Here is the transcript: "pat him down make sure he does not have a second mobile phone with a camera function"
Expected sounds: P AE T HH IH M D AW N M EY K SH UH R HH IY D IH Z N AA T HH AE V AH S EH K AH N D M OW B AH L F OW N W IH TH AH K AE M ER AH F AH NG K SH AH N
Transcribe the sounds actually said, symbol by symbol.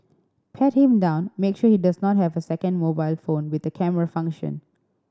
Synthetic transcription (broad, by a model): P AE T HH IH M D AW N M EY K SH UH HH IY D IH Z N AA T HH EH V AH S EH K AH N D M OW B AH L F OW N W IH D AH K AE M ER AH F AH NG K SH AH N